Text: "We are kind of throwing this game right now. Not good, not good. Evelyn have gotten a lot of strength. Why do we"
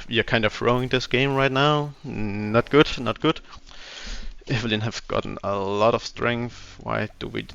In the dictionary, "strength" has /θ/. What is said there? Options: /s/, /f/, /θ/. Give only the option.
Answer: /θ/